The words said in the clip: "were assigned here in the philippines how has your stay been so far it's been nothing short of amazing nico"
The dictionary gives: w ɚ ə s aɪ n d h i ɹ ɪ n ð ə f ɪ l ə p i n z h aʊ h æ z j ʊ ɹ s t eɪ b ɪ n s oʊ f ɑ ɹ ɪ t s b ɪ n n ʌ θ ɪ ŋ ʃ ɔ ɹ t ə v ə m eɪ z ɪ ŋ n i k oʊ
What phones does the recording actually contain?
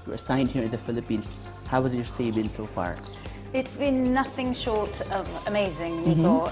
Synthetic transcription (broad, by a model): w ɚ ə s aɪ n d h i ɹ ɪ n ð ə f ɪ l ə p i n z h aʊ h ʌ z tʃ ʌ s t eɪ b ɪ n s oʊ f ɑ ɹ ɪ t s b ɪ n n ʌ θ ɪ ŋ ʃ ɔ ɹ t ə v ə m eɪ z ɪ ŋ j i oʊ